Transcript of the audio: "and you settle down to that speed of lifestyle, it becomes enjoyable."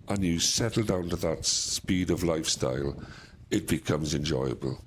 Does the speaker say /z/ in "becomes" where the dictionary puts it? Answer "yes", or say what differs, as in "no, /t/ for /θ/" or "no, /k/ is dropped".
yes